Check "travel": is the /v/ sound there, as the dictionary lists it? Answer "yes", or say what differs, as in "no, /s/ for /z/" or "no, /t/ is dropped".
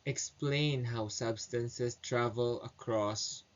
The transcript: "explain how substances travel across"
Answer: yes